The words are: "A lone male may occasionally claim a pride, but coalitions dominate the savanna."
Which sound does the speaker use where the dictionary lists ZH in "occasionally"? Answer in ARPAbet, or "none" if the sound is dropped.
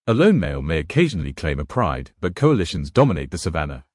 ZH